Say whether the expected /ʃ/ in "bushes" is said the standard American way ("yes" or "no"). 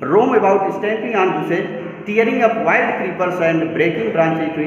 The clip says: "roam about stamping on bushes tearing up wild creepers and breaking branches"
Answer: no